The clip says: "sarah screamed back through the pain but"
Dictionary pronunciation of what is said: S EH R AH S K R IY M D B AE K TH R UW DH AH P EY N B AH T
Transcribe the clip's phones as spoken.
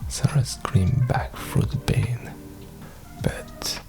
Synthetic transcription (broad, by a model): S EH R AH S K R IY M B AE K F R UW DH AH B EY N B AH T